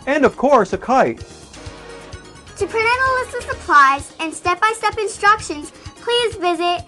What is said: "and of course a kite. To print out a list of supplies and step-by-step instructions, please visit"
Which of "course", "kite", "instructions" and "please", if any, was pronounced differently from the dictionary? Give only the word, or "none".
none